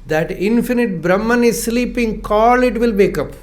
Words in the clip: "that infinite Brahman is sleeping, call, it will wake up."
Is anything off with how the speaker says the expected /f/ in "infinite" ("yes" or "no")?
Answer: no